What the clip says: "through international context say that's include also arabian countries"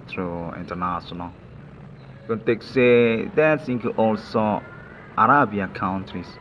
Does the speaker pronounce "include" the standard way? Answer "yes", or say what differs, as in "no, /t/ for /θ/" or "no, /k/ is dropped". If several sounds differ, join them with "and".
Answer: no, /l/ is dropped